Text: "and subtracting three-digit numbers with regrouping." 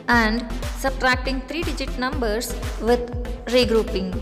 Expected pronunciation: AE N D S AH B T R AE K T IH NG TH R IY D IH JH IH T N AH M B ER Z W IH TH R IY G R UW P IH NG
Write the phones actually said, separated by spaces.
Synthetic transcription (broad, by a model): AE N D S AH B T R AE K T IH NG T R IY D IH JH IH T N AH M B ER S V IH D R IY G R UW P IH NG